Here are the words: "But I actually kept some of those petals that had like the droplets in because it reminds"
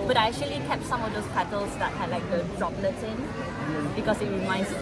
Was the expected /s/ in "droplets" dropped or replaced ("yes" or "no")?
yes